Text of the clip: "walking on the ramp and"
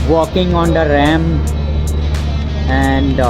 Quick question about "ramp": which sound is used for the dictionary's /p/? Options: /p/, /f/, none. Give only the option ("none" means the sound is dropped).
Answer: none